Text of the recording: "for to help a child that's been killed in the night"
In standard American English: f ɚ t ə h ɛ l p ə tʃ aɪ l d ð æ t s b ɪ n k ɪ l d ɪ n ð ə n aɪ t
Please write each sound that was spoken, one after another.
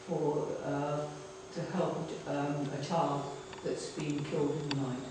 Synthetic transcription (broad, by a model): f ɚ t ə h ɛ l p ə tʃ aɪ d ð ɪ t s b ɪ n k ɪ l d ɪ n ð ə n aɪ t